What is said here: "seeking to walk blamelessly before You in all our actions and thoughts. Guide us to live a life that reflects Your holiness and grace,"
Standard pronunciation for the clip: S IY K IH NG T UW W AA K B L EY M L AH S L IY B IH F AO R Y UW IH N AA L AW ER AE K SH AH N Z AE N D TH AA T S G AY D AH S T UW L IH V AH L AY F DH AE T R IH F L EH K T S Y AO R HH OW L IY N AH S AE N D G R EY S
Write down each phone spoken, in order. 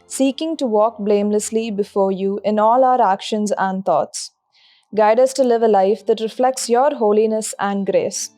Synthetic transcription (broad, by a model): S IY K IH NG T UW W AA K B L EY M L AH S L IY B IH F AO R Y UW IH N AA L AW ER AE K SH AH N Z AE N D T AA T S G AY D AH S T UW L IH V AH L AY F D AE T R IH F L EH K T S Y AO R HH OW L IY N AH S AE N D G R EY S